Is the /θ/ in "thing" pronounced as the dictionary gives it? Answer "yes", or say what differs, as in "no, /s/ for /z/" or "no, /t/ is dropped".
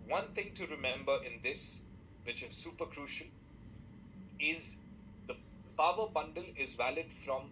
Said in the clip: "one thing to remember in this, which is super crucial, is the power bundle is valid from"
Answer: no, /t/ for /θ/